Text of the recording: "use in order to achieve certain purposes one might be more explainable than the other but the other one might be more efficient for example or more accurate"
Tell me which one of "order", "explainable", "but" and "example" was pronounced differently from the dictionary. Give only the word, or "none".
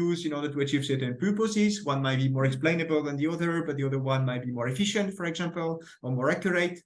none